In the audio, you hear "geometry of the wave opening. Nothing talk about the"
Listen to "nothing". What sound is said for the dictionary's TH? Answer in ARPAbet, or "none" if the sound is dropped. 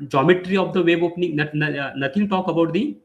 T